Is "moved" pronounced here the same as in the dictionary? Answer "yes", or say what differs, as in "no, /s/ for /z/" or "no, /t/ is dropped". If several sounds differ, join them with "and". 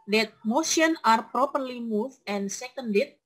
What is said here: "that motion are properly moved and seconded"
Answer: no, /d/ is dropped